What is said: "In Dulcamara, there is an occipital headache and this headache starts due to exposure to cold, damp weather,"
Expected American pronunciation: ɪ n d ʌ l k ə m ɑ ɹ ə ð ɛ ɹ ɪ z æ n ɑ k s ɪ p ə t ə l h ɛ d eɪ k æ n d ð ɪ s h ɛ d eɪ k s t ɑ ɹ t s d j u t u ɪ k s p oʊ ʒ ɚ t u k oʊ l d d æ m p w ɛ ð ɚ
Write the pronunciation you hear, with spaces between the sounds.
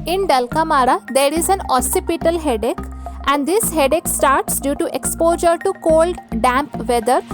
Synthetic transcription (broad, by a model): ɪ n d ʌ l k ə m ɑ ɹ ə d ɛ ɹ ɪ z æ n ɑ s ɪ p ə t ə l h ɛ d eɪ k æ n d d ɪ s h ɛ d eɪ k s t ɑ ɹ t s d j u t u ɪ k s p oʊ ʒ ɚ t u k oʊ l d d æ m p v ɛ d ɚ